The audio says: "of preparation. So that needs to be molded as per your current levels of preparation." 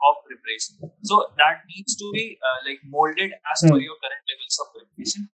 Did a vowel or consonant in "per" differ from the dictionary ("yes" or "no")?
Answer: yes